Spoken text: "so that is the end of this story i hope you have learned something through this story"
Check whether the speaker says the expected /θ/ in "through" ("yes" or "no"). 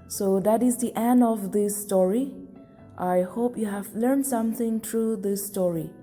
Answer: no